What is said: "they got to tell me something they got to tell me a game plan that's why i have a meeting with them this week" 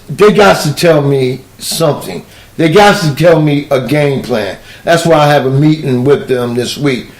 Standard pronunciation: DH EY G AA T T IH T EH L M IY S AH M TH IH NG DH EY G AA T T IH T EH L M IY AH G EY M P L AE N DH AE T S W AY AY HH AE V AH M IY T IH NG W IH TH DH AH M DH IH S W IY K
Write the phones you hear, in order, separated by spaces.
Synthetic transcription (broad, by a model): DH EY G AA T T IH T EH L M IY S AH M TH IH NG DH EY G AA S T IH T EH L M IY AH G EY M P L AE N DH AE T S W AY AY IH V AH M IY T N W IH DH AH M DH IH S W IY K